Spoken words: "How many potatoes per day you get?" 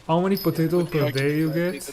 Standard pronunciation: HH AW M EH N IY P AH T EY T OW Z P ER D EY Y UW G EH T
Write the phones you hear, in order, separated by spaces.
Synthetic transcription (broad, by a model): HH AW M EH N IY P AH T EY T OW P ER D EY Y UW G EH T